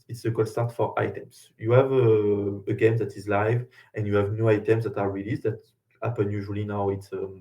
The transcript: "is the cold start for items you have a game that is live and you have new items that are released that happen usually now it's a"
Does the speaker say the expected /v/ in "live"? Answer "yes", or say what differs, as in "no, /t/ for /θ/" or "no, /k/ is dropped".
yes